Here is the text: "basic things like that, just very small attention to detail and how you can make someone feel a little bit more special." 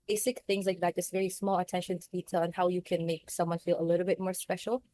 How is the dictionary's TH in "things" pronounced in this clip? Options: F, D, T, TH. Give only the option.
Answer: TH